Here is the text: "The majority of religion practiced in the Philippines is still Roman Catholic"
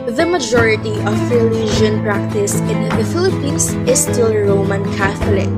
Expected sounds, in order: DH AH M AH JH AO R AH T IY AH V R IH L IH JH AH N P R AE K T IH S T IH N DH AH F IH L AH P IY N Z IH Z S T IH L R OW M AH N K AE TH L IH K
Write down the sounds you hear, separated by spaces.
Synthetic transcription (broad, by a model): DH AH M AH JH AO R AH T IY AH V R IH L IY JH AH N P R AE K T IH S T IH N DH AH F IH L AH P IY N S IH S T IH L R OW M AH N K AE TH L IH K